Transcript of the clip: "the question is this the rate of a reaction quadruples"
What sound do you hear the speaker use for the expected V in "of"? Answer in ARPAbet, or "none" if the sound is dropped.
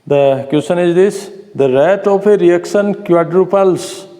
P